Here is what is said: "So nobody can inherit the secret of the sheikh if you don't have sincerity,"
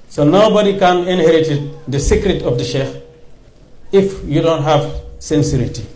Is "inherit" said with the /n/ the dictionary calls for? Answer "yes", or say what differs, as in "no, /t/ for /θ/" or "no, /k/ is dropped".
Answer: yes